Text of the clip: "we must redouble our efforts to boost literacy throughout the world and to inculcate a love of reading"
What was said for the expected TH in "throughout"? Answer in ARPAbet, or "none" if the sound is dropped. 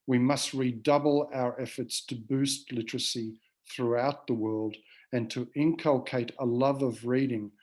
TH